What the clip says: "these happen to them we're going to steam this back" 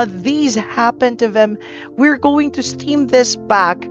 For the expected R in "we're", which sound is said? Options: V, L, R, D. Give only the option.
R